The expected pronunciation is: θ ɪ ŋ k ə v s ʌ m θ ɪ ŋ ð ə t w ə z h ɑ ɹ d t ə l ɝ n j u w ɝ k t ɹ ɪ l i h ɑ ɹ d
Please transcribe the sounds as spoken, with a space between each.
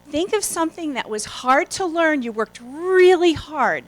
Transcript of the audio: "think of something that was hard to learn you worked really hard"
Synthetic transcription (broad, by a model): θ ɪ ŋ k ə v s ʌ m θ ɪ ŋ ð ə t w ə z h ɑ ɹ d t ə l ɝ n j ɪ w ɝ k t ɹ ɪ l i h ɑ ɹ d